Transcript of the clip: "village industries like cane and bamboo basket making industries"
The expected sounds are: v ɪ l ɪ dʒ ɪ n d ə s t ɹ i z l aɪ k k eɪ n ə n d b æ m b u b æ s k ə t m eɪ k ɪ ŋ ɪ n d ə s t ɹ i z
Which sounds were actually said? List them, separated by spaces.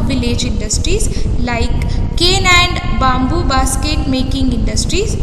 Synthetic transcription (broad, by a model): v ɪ l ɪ dʒ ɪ n d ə s t ɹ i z l aɪ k k eɪ n ə n d b æ m b u b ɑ s k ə t m eɪ k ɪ ŋ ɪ n d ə s t ɹ i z